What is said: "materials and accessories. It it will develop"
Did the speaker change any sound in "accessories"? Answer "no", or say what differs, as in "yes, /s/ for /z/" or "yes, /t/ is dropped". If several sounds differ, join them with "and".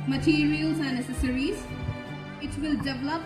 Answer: yes, /k/ is dropped